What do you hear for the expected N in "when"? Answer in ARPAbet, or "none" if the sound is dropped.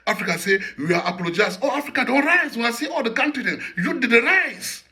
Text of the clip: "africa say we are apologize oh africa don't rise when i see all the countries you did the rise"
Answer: none